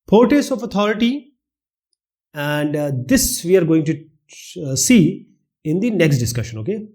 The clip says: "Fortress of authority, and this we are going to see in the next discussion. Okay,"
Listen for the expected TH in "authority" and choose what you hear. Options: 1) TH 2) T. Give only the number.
2